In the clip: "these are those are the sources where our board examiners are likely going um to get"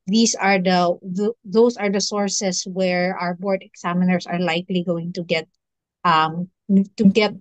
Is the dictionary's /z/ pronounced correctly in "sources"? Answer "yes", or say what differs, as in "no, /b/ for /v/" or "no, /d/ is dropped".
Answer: no, /s/ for /z/